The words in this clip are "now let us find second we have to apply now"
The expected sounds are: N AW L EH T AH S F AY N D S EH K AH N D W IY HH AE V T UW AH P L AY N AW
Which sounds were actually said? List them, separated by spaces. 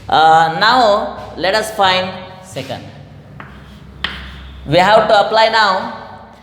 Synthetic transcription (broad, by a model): N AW L EH T AH S F AY N D S EH K AH N D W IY HH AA W T UW AH P L AY N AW